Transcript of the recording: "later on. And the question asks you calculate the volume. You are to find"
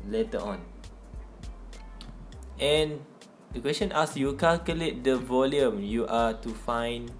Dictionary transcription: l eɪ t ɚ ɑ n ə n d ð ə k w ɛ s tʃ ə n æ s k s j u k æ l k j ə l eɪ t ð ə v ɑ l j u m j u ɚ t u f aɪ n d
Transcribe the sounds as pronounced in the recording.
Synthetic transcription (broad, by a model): l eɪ t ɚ ɑ n ə n d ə k w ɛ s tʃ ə n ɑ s s j u k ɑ l k j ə l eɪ t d ə v ɑ l j u m j u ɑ t u f aɪ n